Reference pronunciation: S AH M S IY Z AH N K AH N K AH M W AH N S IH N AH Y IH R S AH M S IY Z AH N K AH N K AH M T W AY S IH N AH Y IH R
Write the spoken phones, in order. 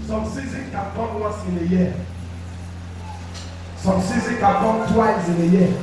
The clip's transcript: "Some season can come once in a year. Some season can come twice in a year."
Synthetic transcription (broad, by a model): S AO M S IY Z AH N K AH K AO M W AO S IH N AH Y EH S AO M S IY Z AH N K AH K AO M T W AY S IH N AH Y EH